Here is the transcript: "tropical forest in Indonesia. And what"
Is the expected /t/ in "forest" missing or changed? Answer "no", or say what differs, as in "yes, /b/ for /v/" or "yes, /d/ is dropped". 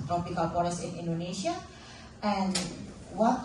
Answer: yes, /t/ is dropped